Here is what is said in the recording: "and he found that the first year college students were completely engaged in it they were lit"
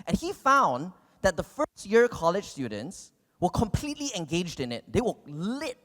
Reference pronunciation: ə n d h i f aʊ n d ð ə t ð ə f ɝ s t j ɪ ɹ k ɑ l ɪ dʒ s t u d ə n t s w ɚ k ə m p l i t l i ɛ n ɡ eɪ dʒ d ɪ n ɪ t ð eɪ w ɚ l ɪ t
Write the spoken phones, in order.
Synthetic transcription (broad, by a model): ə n h i f aʊ n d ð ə t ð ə f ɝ s t j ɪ ɹ k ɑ l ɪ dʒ s t u d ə n t s w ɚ k ə m p l i t l i ɛ n ɡ eɪ dʒ d ɪ n ɪ t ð eɪ w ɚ l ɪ t